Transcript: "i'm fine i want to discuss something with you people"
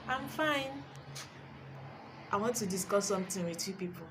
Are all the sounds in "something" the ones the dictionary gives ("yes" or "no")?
no